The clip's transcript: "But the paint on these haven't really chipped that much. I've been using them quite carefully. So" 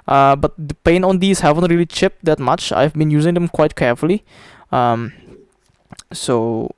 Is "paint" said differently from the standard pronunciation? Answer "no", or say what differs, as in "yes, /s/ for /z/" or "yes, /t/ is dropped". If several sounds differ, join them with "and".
yes, /t/ is dropped